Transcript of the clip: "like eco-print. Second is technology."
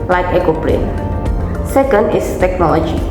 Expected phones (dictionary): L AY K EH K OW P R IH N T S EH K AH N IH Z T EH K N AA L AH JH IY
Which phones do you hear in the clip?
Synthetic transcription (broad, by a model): L AY K EH K OW P L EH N S EH K AH N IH S T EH K N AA L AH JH IY